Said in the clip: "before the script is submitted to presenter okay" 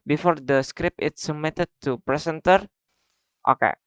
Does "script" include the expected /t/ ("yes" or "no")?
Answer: no